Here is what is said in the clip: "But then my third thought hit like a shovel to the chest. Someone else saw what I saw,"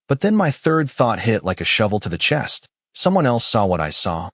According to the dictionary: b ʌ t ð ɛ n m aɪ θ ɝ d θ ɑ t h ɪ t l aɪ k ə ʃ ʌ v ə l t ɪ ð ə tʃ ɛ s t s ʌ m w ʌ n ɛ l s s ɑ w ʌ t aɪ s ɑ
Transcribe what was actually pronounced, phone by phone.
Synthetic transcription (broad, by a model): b ʌ t ð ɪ n m aɪ θ ɝ d θ ɑ t h ɪ t l aɪ k ə ʃ ʌ v l t ɪ ð ə tʃ ɛ s t s ʌ m w ʌ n ɛ l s s ɑ w ʌ t aɪ s ɑ